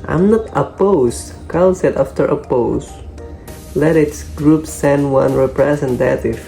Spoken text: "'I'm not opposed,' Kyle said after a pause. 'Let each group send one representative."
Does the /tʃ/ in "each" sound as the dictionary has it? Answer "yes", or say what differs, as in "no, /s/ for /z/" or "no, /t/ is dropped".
no, /s/ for /tʃ/